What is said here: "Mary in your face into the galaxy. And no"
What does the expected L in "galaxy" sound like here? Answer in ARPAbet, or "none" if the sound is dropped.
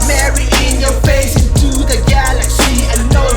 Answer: L